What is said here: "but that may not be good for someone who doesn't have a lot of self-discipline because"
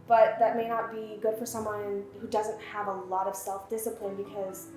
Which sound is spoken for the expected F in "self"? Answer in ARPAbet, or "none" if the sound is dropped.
F